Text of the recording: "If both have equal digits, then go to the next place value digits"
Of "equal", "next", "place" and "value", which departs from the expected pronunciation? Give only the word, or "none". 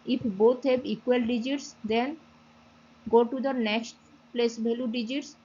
value